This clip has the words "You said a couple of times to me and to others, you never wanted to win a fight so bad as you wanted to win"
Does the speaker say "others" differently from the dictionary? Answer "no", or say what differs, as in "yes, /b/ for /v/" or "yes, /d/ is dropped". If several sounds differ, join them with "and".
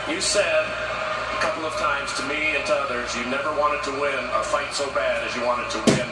no